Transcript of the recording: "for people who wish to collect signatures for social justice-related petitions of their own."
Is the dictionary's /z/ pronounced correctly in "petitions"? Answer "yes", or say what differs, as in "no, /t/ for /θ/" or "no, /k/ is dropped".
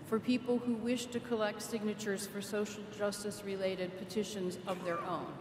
yes